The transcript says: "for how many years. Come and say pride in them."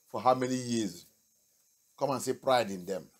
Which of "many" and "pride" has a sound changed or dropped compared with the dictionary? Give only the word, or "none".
none